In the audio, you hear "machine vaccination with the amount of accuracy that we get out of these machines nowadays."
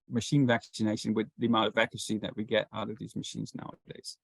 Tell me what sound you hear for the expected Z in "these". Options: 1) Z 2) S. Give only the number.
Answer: 1